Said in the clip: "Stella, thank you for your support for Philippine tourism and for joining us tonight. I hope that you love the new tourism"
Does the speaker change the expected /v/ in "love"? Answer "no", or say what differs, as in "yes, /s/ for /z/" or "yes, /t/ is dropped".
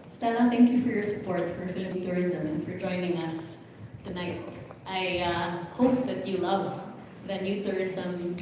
no